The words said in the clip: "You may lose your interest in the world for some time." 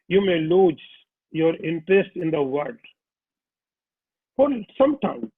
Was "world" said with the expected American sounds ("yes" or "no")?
no